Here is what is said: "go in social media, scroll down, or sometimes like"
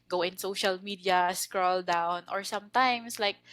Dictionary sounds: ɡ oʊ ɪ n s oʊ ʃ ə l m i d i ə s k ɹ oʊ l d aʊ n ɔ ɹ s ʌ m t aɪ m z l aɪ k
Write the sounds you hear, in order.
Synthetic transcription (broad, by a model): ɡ oʊ ɪ n s oʊ ʃ ə l m i d i ə s k ɹ oʊ l d aʊ n ɔ ɹ s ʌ m t aɪ m s l aɪ k